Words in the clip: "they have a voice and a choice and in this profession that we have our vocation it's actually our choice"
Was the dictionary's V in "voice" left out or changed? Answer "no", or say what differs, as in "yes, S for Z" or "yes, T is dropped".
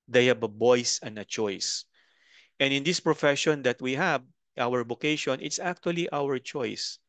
yes, B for V